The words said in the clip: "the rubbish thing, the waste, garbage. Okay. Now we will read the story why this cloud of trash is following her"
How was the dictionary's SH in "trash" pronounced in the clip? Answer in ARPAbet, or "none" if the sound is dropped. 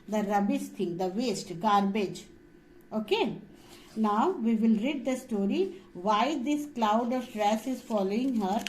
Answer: S